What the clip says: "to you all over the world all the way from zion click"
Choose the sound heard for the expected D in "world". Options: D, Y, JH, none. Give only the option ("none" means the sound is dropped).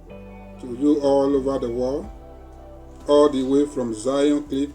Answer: none